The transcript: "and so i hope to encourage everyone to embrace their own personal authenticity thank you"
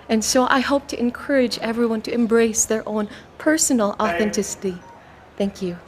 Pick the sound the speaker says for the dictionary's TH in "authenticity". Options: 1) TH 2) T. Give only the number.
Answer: 1